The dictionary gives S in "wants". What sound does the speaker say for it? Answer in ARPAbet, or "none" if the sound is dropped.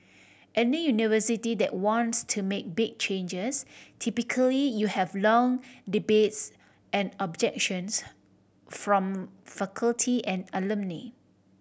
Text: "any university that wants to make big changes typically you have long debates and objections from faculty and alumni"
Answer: S